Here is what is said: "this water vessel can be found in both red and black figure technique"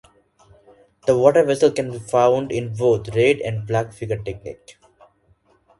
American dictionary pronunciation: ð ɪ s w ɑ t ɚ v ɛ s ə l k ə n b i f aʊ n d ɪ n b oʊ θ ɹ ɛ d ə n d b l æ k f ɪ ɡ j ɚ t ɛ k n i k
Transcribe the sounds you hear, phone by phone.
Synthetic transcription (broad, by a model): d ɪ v ɑ t ɚ v ɛ s ə l k ə n b i f aʊ n d ɪ n b oʊ t ɹ ɛ d ə n d b l æ k f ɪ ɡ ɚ t ɛ k n i k